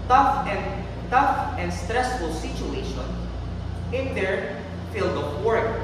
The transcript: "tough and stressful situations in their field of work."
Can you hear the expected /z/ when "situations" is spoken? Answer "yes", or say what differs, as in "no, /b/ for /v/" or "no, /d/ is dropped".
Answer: no, /z/ is dropped